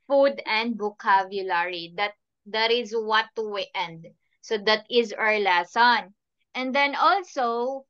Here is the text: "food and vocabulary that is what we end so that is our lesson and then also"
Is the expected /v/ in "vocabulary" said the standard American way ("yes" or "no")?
no